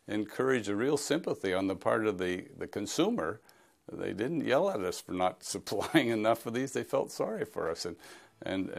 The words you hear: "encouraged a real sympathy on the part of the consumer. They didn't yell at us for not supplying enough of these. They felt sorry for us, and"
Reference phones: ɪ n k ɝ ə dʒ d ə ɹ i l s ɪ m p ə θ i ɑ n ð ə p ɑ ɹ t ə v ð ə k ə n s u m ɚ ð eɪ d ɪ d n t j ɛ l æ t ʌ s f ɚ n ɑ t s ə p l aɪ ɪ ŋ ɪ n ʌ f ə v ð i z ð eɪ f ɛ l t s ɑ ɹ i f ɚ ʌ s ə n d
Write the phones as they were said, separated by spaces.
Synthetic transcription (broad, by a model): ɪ n k ɝ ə dʒ ə ɹ i l s ɪ m p ə θ i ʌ n ð ə p ɑ ɹ t ə v ð ə k ə n s u m ɚ ð eɪ d ɪ d n t j ɛ l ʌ t ʌ s f ɚ n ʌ t s ə p l aɪ ɪ ŋ ɪ n ʌ f ə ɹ ð i z ð eɪ f ɛ l t s ɑ ɹ i f ɚ ʌ s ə n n